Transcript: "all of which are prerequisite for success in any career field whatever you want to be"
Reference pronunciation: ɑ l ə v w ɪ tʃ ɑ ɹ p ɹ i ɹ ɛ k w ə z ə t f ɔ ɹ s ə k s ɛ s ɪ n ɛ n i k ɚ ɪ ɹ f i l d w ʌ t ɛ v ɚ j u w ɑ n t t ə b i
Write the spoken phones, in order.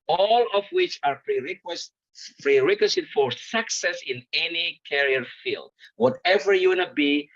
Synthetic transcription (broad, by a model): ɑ l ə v w ɪ tʃ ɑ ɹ f ɹ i ɹ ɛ k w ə s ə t f ɔ ɹ s ə k s ɛ s ɪ n ɛ n i k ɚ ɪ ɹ f i l d w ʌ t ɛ v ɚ j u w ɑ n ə b i